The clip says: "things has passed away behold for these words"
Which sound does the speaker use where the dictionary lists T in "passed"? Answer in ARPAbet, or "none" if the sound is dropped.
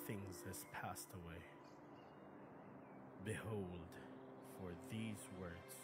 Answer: T